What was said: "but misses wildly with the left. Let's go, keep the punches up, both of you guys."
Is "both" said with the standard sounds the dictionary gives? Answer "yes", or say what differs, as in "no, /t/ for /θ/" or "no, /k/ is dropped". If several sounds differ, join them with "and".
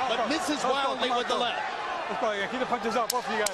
no, /f/ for /θ/